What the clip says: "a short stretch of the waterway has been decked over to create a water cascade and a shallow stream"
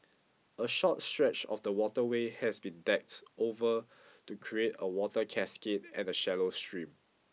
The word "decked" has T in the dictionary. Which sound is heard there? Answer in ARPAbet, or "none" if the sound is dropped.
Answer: T